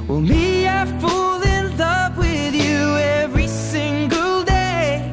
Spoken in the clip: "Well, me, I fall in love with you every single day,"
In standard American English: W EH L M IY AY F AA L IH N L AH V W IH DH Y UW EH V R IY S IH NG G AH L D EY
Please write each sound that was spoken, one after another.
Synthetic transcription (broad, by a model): W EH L M IY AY F AA L IH N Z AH P W IH DH Y UW EH V R IY S IH NG G AH L D EY